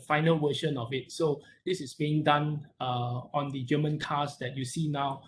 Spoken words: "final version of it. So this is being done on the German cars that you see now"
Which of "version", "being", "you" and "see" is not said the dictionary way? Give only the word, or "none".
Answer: version